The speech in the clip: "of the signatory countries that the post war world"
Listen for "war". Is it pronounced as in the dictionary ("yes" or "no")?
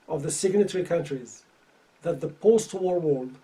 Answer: yes